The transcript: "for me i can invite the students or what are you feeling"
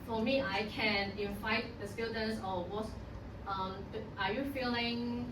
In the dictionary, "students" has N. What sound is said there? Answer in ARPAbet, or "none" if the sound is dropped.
L